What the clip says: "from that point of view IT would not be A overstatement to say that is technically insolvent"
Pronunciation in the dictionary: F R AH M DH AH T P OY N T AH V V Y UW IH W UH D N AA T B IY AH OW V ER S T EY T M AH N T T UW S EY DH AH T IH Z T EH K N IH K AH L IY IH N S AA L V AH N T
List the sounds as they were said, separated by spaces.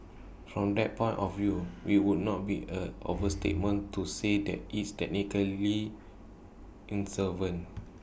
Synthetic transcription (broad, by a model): F R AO M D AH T P OY N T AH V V Y UW IH W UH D N AA T B IY AH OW V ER S T EY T M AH N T T UW S EY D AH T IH S T EH K N IH K AH L IY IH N S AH V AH N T